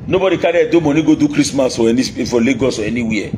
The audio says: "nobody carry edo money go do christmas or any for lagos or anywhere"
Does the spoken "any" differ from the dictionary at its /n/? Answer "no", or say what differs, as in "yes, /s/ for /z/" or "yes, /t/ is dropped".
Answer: yes, /n/ is dropped